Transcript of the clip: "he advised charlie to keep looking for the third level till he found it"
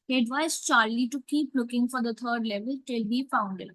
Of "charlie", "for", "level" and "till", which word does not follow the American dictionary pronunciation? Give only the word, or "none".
none